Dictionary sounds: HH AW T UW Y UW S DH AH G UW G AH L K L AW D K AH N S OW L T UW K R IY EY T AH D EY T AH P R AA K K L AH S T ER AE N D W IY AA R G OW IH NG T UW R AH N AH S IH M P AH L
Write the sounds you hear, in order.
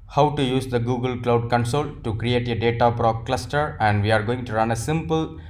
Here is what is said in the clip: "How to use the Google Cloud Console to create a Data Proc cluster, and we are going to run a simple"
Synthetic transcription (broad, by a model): HH AW T UW Y UW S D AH G UW G AH L K L AW D K AH N S OW L T UW K R IY EY T AH D EY T AH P R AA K K L AH S T ER AE N D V IY AA R G OW IH NG T UW R AH N AH S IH M P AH L